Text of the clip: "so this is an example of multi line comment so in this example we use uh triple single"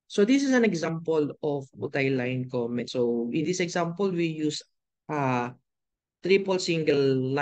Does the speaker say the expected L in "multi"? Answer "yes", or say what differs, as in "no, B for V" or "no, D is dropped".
no, L is dropped